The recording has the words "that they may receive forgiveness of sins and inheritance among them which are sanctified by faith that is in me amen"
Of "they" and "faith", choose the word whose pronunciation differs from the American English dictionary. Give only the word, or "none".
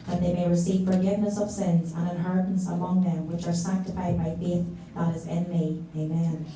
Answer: none